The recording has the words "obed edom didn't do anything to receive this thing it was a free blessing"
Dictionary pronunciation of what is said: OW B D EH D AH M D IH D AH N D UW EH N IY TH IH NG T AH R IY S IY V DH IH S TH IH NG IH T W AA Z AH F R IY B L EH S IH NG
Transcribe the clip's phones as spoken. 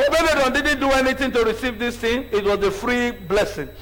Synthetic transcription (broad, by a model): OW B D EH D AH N D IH D N D UW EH N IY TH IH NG T AH R IY S IY V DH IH S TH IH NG IH T W AA Z AH F R IY B L EH S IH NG